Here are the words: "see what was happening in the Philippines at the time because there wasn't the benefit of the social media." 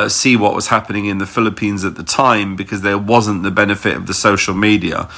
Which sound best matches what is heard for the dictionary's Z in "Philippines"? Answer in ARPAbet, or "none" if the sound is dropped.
Z